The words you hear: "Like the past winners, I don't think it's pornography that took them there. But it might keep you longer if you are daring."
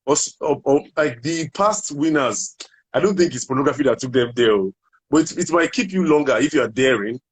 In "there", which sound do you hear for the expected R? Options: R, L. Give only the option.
L